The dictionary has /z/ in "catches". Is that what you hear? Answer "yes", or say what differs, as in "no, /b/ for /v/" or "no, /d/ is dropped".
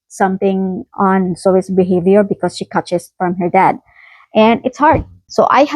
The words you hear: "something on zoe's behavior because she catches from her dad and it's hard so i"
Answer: no, /s/ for /z/